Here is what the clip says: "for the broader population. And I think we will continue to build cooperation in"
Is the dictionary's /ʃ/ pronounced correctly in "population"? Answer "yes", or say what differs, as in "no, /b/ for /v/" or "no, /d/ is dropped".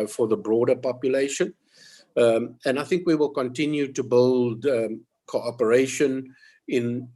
yes